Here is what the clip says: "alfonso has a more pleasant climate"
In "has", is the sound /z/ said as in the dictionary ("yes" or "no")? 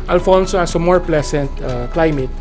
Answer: no